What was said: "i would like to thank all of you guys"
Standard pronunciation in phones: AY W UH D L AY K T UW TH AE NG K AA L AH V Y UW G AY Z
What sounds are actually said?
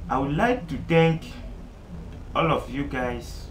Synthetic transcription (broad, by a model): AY W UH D L AY K T UW T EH K AA L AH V Y UW G AY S